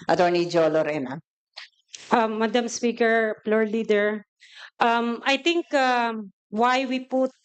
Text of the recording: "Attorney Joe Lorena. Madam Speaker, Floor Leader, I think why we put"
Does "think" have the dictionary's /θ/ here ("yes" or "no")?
no